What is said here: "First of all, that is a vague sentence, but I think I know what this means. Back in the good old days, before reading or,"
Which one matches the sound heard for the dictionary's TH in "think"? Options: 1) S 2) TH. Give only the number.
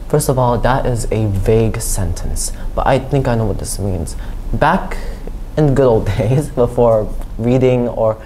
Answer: 2